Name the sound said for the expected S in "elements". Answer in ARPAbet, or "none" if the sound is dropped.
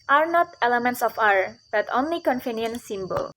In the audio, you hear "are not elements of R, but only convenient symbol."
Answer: S